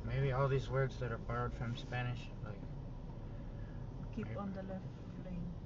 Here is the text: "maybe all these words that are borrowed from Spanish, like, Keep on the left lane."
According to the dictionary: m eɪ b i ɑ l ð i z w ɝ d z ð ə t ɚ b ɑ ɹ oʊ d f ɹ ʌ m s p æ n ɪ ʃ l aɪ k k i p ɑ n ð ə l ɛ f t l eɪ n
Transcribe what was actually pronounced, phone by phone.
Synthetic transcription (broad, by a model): m eɪ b i ɑ l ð i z w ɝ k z ð ə t ɚ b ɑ ʊ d f ɹ ʌ m s p æ n ɪ ʃ l aɪ k k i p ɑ n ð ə l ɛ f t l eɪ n